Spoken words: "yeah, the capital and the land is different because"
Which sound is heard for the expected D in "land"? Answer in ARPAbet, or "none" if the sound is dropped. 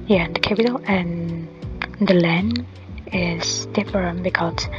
none